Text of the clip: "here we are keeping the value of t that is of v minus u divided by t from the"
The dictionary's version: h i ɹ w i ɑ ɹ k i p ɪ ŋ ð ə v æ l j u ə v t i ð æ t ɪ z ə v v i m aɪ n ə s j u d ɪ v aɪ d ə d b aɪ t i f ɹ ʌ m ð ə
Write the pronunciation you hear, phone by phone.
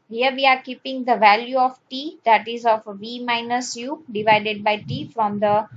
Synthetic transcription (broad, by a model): h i ɹ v i ɑ ɹ k i p ɪ ŋ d ə v æ l j u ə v t i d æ t ɪ z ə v v i m aɪ n ə s j u d ɪ v aɪ d ə d b aɪ t i f ɹ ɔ m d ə